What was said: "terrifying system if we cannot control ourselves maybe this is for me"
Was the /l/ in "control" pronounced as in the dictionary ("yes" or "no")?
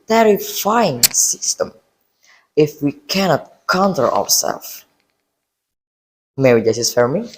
no